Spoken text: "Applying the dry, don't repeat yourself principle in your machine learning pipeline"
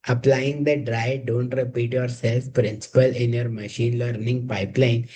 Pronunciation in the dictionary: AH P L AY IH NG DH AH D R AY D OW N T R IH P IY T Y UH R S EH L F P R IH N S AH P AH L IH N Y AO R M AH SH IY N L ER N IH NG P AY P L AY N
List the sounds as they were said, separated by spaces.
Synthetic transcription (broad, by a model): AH P L AY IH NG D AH D R AY D OW N T R IH P IY T Y UH R S EH L F P R IH N S AH P AH L IH N Y AO R M AH SH IY N L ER N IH NG P AY P L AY N